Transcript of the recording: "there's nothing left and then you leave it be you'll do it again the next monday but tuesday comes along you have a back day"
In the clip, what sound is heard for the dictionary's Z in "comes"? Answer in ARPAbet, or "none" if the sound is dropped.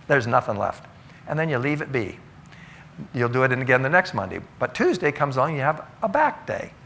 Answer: Z